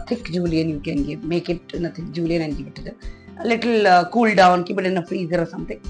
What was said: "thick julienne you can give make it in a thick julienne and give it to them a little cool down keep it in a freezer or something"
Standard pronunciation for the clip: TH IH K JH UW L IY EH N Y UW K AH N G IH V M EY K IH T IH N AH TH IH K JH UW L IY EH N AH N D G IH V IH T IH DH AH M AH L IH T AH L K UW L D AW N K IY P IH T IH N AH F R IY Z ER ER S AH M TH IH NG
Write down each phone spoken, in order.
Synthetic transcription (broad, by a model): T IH K JH UW L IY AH N Y UW K AH N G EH M EY K IH T IH N AH T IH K JH UW L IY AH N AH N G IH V IH T IH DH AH AH L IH T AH L K UW L D AW N K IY B IH T IH N AH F R IY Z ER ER S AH M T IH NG